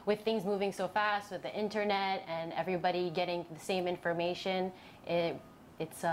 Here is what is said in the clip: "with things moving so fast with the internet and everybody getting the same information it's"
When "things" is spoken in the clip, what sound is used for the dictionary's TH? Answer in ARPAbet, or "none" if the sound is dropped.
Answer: TH